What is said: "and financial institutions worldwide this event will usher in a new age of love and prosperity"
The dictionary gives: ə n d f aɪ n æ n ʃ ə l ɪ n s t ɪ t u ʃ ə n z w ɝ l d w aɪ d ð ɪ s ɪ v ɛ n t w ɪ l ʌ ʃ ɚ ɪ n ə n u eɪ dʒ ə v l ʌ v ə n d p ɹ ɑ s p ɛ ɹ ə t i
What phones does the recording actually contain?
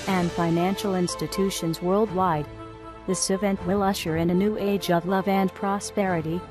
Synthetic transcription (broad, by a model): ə n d f aɪ n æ n ʃ l ɪ n s t ɪ t u ʃ ə n z w ɝ l d w aɪ d ð ɪ s ɪ v ɛ n t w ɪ l ʌ ʃ ɚ ɪ n ə n u eɪ dʒ ə v l ʌ v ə n p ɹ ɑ s p ɛ ɹ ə t i